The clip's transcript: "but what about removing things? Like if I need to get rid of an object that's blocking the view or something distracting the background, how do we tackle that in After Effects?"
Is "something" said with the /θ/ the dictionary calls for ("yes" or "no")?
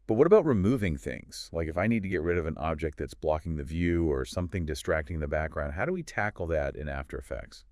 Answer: yes